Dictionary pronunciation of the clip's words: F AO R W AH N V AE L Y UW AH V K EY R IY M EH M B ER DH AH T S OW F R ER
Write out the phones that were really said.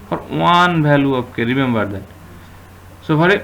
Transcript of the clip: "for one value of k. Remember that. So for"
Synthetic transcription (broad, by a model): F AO R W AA N B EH L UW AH P K EY R IY M EH M B ER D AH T S OW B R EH